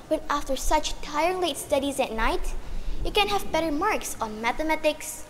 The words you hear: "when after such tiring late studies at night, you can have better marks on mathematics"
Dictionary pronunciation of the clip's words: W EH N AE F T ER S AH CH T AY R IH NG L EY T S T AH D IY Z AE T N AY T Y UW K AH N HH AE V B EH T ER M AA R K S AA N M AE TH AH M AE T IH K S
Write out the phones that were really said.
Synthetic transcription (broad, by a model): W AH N AE F T ER S AH CH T AY IH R L EY T S T AH D IY Z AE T N AY T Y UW K AH N HH AE V B EH T ER M AA R K S AA N M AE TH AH M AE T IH K S